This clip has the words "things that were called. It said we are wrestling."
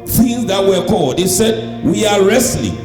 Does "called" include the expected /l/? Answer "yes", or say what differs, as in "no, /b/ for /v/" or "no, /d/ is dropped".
yes